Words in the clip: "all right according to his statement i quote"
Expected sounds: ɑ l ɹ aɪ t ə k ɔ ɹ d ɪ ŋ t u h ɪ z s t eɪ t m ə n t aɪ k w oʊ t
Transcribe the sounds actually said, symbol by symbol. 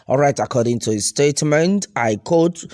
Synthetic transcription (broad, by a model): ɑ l ɹ aɪ t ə k ɔ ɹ d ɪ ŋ t u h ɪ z s t eɪ t m ə n t aɪ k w oʊ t